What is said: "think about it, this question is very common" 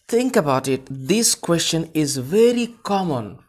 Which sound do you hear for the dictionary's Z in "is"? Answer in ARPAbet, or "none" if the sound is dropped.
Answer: Z